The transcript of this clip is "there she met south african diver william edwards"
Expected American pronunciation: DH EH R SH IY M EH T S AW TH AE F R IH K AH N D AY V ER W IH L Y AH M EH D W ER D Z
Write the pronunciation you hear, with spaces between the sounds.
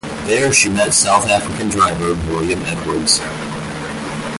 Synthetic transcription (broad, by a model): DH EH R SH IY M EH T S AW TH AE F R IH K AH N D AY V ER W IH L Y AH M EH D W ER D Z